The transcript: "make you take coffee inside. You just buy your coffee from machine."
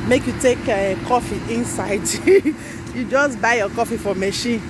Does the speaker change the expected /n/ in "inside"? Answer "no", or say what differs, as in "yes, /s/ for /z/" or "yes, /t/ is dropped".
no